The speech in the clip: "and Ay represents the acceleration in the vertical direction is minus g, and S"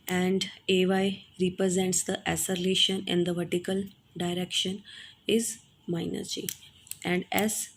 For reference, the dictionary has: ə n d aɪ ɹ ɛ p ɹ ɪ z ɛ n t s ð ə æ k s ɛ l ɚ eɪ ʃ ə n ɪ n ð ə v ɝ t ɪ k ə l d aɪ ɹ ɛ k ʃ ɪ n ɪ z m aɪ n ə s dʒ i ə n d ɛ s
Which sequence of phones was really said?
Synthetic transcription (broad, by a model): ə n d aɪ ɹ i p ɹ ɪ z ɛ n t s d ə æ s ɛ l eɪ ʃ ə n ɪ n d ə v ɝ t ɪ k ə l d aɪ ɹ ɛ k ʃ ɪ n ɪ z m aɪ n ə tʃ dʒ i ə n d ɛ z